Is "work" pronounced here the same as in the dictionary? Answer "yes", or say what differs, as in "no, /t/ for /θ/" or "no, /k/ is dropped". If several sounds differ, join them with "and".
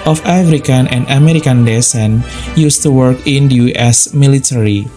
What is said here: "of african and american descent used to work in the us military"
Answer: yes